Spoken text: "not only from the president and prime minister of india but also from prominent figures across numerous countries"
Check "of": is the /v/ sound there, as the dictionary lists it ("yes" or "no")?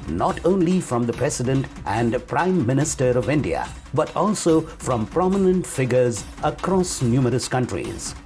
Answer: yes